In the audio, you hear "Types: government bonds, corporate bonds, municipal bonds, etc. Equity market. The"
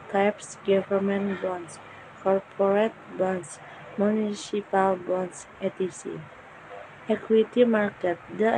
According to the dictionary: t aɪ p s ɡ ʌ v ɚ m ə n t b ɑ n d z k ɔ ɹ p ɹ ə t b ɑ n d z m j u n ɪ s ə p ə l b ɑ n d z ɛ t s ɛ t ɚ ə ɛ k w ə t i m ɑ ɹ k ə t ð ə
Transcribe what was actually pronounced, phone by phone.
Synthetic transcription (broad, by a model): t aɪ p s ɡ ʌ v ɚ m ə n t b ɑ n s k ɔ ɹ p ɹ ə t b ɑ n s m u n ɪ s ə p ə l b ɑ n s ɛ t i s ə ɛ k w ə t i m ɑ ɹ k ə t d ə